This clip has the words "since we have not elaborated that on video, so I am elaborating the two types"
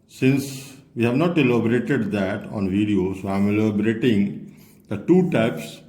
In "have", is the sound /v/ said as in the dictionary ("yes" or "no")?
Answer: yes